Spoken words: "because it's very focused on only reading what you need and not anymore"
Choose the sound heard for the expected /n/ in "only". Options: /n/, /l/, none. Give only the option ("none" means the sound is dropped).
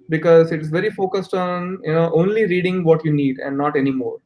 /n/